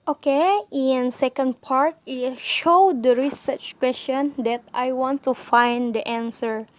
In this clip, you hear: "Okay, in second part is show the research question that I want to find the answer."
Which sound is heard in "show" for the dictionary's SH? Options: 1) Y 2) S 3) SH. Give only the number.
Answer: 3